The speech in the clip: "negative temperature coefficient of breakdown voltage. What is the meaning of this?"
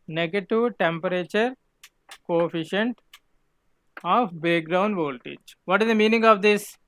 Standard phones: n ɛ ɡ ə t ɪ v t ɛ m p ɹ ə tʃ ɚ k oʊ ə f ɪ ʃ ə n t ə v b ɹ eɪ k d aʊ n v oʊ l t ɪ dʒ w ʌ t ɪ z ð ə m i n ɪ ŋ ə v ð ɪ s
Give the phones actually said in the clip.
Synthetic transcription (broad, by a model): n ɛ ɡ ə t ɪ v t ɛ m p ɹ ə tʃ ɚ k oʊ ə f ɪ ʃ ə n t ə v b eɪ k d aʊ n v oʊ l t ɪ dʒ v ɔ t ɪ z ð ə m i n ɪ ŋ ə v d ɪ s